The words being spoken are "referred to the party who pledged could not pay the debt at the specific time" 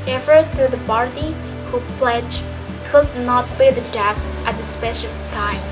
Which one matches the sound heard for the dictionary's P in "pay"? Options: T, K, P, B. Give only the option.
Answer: B